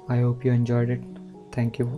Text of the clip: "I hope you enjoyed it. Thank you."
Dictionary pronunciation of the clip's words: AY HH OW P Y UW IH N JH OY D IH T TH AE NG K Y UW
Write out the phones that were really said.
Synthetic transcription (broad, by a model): AY HH OW P Y UW IH N JH OY D IH T T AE NG K Y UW